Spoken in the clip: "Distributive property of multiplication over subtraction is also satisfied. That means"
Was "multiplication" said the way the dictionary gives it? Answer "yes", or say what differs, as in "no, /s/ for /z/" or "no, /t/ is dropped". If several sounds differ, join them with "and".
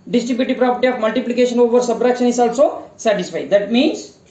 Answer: yes